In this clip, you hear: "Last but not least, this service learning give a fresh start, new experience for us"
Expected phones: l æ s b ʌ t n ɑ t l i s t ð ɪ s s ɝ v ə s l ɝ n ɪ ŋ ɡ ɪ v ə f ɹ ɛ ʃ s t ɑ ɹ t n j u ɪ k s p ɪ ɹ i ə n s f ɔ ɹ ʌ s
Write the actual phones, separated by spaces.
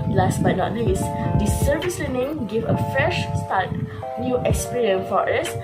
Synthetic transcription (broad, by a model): l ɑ s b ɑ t n ɑ t n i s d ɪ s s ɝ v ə s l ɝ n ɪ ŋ ɡ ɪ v ə f ɹ ɛ ʃ s t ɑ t n j u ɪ k s p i ɹ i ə n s f ɔ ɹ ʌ s